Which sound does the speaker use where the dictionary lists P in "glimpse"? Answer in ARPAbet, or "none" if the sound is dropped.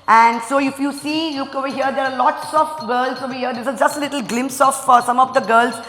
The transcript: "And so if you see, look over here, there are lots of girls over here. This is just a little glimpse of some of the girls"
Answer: P